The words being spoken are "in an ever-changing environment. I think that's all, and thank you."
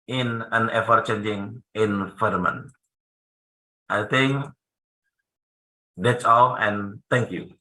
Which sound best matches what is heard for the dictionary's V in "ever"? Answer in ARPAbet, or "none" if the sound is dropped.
F